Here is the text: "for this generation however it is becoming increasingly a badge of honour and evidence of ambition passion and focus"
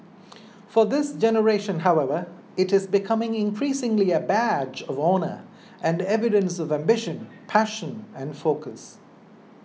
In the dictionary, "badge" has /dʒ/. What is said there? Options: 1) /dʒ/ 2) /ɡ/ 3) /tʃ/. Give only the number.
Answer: 1